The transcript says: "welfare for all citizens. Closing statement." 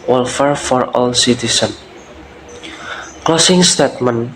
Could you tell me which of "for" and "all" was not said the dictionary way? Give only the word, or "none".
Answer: none